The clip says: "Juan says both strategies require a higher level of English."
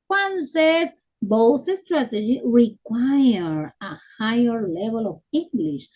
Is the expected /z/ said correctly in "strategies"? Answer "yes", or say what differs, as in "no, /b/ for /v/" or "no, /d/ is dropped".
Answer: no, /z/ is dropped